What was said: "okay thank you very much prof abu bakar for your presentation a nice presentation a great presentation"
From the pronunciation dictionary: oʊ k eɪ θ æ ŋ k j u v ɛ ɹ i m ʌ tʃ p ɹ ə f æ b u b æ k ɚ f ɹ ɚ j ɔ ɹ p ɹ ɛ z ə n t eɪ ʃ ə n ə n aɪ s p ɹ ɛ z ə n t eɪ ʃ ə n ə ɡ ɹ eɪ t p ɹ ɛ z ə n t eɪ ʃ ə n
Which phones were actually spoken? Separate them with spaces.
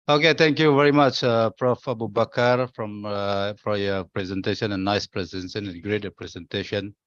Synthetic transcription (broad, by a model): oʊ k eɪ t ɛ ŋ k j u v ɛ ɹ i m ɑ tʃ p ɹ ə f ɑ b u b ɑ k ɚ f ɹ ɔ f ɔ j p ɹ ɛ z ə n t eɪ ʃ ə n ə n aɪ s p ɹ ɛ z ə n s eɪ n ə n ɡ ɹ eɪ t p ɹ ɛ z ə n t eɪ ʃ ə n